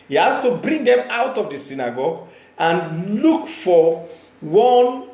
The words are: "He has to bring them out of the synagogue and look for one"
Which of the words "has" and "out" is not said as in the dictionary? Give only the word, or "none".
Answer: has